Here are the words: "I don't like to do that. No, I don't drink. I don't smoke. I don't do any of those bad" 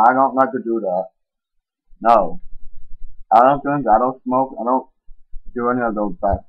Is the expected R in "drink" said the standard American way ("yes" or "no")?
no